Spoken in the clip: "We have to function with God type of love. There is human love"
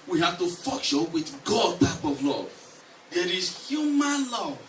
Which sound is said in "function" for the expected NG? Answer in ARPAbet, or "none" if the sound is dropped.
none